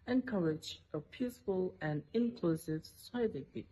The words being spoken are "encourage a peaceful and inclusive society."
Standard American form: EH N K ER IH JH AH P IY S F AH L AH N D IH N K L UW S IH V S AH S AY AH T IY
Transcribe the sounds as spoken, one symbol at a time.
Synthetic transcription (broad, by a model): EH N K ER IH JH AH P IY S F AH L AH N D IH N K L UW S IH V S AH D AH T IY